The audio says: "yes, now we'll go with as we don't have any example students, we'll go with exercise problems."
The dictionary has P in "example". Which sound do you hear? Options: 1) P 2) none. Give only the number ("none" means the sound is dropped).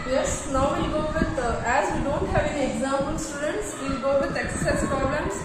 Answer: 2